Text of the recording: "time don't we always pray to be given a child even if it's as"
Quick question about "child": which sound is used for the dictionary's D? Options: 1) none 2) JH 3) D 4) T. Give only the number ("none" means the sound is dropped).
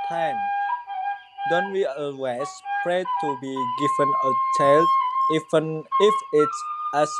1